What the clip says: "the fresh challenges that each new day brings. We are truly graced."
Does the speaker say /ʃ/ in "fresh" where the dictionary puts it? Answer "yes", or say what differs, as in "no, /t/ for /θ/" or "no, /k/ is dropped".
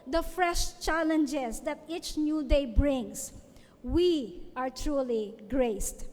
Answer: yes